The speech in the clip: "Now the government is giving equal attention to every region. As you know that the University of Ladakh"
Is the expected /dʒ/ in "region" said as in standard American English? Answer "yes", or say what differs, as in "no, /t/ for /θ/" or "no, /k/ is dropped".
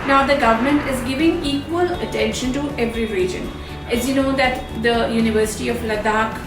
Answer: yes